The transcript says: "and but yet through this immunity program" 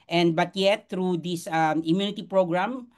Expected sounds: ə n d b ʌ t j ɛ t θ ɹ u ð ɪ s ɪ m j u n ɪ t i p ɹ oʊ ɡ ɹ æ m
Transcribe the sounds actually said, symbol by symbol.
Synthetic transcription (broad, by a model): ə n d b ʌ t j ɛ t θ ɹ u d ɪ s ɪ m j u n ɪ t i p ɹ oʊ ɡ ɹ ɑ m